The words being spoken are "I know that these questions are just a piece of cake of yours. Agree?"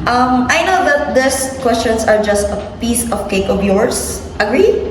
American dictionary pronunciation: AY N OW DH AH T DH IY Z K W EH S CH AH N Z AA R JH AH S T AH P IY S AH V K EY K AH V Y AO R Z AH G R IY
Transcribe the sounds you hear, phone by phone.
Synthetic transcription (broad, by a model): AY N OW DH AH T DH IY S K W EH S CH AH N S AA R JH AH S T AH P IY S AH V K EY K AH V Y AO R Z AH G R IY